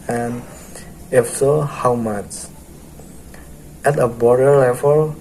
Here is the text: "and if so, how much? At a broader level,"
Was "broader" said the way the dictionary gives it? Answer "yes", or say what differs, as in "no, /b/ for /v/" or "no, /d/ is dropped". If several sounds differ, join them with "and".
no, /ɹ/ is dropped